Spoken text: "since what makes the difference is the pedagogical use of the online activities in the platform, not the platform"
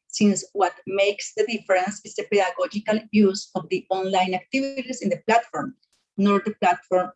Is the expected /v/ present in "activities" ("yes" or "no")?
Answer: no